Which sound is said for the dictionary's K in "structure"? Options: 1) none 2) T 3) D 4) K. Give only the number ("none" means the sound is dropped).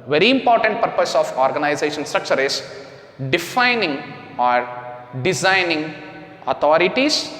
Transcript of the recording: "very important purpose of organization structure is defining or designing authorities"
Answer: 4